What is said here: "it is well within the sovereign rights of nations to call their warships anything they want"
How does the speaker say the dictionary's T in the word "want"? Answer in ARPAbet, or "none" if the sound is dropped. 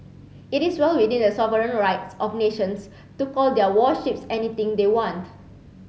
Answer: T